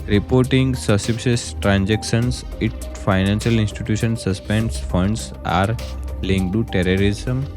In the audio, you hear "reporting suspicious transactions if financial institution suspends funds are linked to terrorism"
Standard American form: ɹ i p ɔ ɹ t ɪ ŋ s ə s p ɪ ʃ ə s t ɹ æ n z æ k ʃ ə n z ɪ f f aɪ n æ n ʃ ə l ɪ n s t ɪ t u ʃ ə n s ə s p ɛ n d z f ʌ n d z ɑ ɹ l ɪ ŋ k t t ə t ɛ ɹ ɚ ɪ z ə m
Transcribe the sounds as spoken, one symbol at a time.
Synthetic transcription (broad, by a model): ɹ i p ɔ ɹ t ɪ ŋ s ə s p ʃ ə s t ɹ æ n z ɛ k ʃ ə n s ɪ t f aɪ n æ n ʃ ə l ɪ n s t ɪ t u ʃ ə n s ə s p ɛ n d s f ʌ n d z ɑ ɹ l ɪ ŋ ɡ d t ə t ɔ ɹ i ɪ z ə m